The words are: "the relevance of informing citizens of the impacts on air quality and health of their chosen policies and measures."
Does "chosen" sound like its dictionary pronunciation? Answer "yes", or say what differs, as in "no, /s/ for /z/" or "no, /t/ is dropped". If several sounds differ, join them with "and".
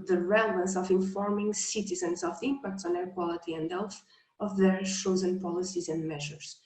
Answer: no, /ʃ/ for /tʃ/